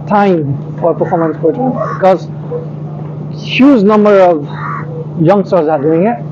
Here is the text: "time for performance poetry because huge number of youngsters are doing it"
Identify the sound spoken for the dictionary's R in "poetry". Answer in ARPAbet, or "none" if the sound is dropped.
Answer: none